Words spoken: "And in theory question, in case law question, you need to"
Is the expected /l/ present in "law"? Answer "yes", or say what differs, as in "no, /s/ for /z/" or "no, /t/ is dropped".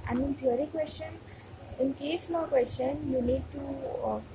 no, /n/ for /l/